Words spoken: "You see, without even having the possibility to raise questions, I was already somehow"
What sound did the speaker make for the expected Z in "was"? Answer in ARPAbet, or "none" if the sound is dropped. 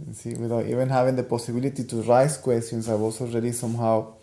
S